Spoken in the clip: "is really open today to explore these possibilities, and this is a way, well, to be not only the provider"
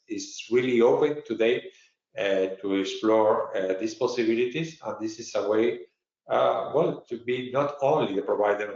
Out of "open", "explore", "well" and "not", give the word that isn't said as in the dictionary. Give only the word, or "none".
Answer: none